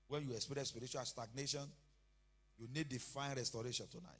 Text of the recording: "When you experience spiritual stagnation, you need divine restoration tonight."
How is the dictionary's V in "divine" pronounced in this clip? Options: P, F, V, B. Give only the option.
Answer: F